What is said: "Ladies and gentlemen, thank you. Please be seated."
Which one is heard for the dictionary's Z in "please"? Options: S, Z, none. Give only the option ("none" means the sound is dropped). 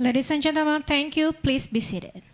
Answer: S